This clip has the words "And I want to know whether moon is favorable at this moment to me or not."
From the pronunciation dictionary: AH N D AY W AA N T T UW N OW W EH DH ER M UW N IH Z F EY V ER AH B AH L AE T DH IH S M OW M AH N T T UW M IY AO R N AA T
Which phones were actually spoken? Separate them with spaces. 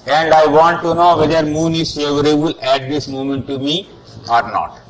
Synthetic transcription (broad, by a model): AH N D AY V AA N T T UW N OW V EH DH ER M UW N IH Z F EY V ER AH B AH L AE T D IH S M OW M AH N T T UW M IY AO R N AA T